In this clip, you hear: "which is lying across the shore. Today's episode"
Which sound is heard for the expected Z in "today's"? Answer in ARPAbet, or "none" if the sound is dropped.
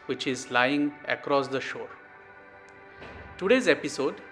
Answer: Z